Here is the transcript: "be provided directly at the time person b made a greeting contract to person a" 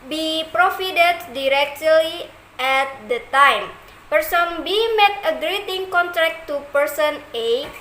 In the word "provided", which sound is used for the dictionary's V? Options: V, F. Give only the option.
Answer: F